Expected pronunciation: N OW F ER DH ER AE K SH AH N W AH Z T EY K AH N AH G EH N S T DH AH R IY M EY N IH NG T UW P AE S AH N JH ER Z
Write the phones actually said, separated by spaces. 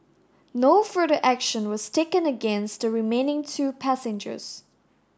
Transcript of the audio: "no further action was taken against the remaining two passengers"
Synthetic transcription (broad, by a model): N OW F ER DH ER AE K SH AH N W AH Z T EY K AH N AH G EH N S T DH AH R IY M EY N IH NG T UW P AE S AH N JH ER Z